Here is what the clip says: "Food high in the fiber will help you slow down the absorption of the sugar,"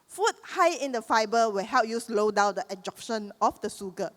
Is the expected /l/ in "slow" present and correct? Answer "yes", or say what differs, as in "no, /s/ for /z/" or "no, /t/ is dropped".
yes